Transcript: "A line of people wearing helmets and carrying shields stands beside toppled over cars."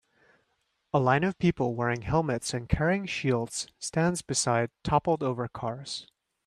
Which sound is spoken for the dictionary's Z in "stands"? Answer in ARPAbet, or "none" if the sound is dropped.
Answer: Z